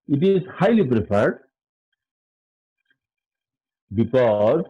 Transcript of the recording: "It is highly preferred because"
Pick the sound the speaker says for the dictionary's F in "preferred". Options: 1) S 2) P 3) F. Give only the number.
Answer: 2